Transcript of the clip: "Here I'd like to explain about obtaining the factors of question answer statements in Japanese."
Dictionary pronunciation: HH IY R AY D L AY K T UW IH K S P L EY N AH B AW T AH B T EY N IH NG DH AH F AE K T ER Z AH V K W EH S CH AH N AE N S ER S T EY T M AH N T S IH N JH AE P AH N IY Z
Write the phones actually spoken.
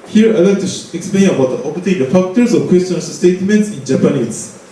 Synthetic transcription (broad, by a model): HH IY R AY L AY K T UW IH K S P L EY N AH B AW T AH T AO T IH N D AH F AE K T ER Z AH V K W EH S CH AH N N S S T EY T M AH N T S IH N JH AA P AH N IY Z